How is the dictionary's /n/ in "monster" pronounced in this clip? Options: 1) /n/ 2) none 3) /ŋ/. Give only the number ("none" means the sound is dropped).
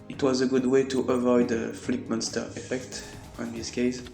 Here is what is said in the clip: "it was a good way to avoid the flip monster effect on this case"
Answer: 1